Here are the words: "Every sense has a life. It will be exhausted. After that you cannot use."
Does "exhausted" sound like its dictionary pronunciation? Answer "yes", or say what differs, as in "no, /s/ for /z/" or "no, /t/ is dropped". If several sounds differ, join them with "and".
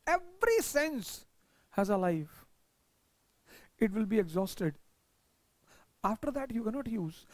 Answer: yes